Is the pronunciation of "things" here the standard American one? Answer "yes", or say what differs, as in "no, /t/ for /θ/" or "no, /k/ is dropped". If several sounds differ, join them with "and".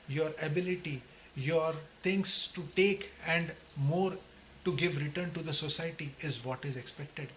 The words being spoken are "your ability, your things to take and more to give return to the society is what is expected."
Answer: no, /t/ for /θ/ and /s/ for /z/